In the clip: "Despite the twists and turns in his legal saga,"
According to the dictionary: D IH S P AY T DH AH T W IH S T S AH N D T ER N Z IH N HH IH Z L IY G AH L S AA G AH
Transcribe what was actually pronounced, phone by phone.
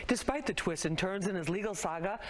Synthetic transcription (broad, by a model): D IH S P AY T DH AH T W IH S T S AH N T ER N Z IH N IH Z L IY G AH L S AA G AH